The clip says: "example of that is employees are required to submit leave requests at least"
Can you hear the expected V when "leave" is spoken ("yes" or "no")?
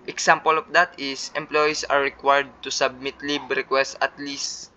no